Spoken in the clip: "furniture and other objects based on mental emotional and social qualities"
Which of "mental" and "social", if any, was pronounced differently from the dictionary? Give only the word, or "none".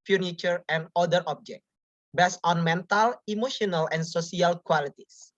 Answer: social